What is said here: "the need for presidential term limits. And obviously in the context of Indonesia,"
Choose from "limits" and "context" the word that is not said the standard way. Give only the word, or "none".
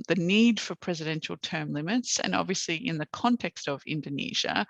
none